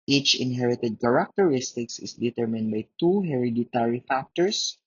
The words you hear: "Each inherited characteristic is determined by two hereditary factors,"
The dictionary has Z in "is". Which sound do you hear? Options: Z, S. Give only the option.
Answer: S